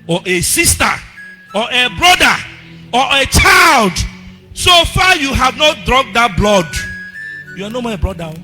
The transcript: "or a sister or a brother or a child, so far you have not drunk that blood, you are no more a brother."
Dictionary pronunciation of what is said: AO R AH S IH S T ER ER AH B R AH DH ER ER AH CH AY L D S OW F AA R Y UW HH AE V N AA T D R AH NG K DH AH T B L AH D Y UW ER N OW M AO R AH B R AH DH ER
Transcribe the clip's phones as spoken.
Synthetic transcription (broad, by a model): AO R AH S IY S T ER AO AH B R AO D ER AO AH CH AY L D S OW F AA Y UW HH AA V N AA T D R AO K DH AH T B L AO D Y UW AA N OW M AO AH B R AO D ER